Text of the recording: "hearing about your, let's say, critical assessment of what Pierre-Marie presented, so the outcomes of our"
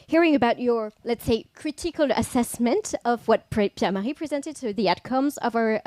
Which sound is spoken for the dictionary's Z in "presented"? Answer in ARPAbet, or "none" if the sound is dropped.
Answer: Z